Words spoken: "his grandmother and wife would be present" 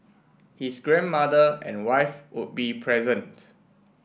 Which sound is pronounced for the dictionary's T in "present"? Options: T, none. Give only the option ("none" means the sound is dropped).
T